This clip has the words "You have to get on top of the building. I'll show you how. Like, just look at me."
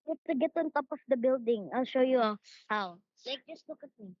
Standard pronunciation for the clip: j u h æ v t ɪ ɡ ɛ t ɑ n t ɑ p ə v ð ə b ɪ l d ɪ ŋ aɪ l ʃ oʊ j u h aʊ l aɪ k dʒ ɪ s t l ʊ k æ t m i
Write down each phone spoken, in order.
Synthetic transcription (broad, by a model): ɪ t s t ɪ ɡ ɛ t ɑ n t ɑ p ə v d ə b ɪ l d ɪ ŋ aɪ l ʃ oʊ j u h aʊ l aɪ k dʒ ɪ s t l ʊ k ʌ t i